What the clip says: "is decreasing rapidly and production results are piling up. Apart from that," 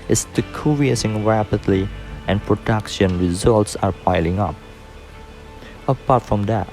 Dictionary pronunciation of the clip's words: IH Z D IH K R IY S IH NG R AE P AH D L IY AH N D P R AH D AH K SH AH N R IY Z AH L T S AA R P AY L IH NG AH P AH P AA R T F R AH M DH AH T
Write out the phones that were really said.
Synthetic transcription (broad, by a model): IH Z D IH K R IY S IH NG R AE P AH D L IY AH N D P R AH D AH K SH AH N R IY Z AH L T S AA R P AY L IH NG AH P AH P AA R T F R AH M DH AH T